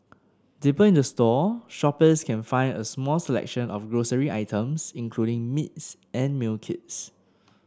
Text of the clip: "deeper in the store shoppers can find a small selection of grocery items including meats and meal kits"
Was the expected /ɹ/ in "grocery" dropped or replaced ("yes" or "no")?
no